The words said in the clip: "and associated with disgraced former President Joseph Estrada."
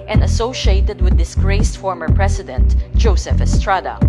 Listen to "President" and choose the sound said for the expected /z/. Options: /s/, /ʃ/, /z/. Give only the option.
/s/